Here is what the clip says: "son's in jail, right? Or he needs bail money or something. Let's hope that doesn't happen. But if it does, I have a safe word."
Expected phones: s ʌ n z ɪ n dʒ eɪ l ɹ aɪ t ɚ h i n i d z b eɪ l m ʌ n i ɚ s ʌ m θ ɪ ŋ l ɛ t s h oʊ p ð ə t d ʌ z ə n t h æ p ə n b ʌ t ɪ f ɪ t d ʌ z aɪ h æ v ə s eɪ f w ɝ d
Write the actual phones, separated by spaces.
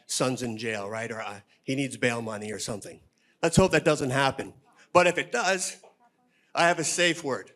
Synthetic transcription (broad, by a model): s ʌ n z ɪ n dʒ eɪ l ɹ aɪ t ɚ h i n i d z b eɪ l m ʌ n i ɚ s ʌ m θ ɪ ŋ l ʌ t s h oʊ p ð ə t d ʌ z ə n t h æ p ə n b ʌ t ɪ f ɪ t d ʌ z aɪ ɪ v ə s eɪ f w ɝ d